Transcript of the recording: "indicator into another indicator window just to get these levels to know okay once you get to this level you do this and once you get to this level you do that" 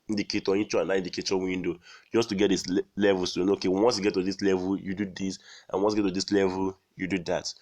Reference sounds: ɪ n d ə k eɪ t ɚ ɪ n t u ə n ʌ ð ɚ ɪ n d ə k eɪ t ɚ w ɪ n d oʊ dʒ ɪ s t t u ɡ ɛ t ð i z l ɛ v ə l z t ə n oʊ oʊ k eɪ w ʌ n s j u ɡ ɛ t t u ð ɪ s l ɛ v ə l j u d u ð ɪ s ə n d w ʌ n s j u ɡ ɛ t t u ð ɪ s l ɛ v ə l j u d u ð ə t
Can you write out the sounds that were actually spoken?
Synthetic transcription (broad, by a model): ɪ n d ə k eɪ t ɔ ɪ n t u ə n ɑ i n d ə k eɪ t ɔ w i n d oʊ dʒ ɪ s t t u ɡ ɛ t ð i s l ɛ v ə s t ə n oʊ oʊ k eɪ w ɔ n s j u ɡ ɛ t t u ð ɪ s l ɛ v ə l j u d u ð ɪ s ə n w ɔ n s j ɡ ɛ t t u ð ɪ s l ɛ v ə l j u d u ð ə t